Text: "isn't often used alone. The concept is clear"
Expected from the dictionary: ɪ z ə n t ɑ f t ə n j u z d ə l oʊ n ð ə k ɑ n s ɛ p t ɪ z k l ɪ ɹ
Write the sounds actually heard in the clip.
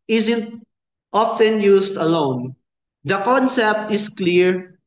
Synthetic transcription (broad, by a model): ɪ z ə n t ɑ f t ə n j u s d ə l oʊ n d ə k ɑ n s ɛ p t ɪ s k l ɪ ɹ